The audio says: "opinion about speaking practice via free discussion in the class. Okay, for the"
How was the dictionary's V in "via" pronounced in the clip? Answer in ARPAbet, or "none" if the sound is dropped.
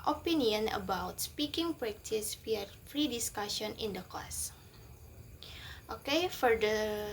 W